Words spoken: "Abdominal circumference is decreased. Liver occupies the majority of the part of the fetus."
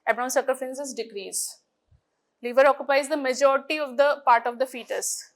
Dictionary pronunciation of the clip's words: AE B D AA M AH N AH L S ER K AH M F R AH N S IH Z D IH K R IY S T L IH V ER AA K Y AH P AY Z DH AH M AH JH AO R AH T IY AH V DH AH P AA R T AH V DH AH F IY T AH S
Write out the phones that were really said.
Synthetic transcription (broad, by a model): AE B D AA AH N S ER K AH F AH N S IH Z D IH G R IY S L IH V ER AA K Y AH P AY Z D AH M AH JH AO R AH T IY AH V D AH P AA R T AH V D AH F IY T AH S